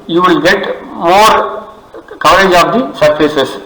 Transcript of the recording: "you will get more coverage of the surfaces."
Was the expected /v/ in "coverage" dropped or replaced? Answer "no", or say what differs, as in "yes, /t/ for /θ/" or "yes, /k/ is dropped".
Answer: yes, /v/ is dropped